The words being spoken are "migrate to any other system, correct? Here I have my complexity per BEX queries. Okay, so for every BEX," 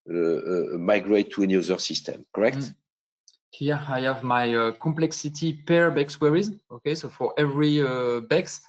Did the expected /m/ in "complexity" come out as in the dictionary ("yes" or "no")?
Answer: yes